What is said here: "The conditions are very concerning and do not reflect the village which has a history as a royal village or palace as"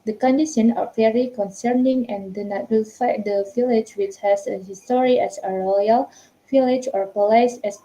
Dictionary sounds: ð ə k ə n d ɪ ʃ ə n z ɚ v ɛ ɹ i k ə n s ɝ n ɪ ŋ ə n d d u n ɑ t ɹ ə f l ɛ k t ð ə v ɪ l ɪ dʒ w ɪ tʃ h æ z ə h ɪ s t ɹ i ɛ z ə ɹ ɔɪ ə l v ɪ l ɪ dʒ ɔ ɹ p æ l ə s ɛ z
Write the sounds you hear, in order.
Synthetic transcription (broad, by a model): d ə k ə n d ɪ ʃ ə n ɚ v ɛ ɹ i k ə n s ɝ n ɪ ŋ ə n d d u n ɑ t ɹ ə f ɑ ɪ t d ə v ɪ l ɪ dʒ w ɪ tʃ h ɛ s ə h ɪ s t ɹ i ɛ s ə ɹ ɔɪ ə l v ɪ l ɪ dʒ ɔ ɹ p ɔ l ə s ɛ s